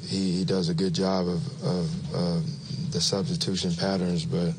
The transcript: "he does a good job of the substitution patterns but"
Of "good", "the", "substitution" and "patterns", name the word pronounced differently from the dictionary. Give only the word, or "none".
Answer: none